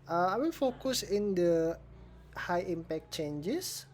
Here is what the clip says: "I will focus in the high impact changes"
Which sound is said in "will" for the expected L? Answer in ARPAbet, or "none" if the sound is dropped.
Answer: N